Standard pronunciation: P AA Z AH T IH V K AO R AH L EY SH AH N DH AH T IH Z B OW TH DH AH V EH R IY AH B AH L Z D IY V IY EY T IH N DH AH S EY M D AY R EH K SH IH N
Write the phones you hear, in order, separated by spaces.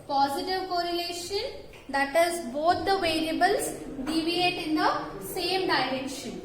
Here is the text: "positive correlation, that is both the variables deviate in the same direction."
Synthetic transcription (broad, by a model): P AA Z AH T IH V K AO R AH L EY SH AH N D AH T IH Z B OW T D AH V EH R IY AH B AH L S D IY V IY EY T IH N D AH S EY M D AY R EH K SH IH N